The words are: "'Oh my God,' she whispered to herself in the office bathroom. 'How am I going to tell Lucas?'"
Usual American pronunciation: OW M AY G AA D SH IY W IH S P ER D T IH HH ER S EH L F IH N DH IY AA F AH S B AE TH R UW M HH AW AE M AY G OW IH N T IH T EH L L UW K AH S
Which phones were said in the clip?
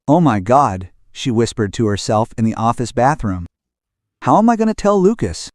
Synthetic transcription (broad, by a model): OW M AY G AA D SH IY W IH S P ER D T IH HH ER S EH L F IH N DH IY AA F AH S B AE TH R UW M HH AW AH M AY G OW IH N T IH T EH L L UW K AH S